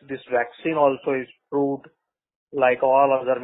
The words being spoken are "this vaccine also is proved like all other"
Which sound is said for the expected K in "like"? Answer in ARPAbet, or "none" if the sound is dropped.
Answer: K